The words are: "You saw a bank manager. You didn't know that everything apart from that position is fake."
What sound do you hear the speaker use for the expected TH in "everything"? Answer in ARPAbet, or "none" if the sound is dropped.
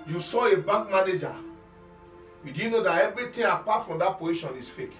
T